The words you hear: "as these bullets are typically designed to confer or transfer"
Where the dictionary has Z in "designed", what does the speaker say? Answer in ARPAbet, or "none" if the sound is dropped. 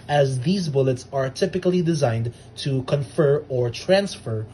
Z